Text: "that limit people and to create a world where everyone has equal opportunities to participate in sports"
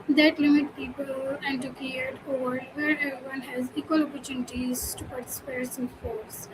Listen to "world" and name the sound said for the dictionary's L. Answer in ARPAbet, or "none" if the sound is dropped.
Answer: none